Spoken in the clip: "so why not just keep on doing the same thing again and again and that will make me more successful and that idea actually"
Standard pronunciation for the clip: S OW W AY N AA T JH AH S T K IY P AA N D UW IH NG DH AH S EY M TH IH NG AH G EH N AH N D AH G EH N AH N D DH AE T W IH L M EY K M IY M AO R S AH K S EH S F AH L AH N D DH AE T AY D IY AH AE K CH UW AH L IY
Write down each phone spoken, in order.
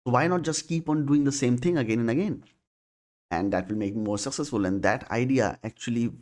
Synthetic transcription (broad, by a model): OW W AY N AA T JH AH S T K IY P AA N D UW IH NG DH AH S EY M T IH NG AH G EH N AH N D AH G EH N AH N D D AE T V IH L M EY K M M AO R S AH K S EH S F AH L AH N D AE T AY D IY AH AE K CH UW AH L IY